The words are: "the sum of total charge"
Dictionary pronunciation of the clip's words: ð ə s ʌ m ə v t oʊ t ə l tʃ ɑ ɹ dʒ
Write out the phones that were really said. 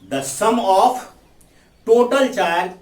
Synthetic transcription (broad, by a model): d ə s ʌ m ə f t oʊ t ə l tʃ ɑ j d